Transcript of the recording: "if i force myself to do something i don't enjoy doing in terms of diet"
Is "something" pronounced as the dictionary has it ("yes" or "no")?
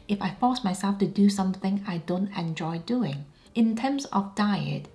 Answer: yes